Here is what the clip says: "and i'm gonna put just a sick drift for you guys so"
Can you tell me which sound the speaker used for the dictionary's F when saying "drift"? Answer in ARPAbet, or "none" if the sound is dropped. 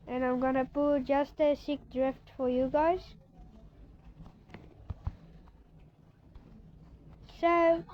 F